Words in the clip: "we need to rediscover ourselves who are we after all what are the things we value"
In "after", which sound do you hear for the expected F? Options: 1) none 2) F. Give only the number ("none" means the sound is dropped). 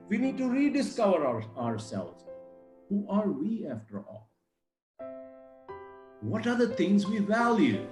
2